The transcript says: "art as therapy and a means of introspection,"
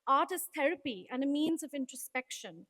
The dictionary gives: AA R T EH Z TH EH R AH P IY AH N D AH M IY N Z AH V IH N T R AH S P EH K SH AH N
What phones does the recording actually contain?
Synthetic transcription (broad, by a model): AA T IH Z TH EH R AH P IY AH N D AH M IY N Z AH V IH N T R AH S P EH K SH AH N